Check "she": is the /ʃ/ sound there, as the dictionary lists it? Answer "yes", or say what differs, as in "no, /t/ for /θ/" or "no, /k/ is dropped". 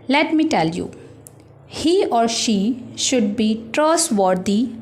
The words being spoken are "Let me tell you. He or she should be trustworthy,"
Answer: yes